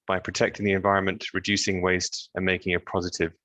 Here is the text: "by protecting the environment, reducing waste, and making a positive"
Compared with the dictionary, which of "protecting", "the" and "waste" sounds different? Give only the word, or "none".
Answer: none